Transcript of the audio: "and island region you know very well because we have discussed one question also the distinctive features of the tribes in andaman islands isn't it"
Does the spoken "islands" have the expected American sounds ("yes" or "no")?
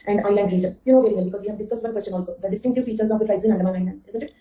no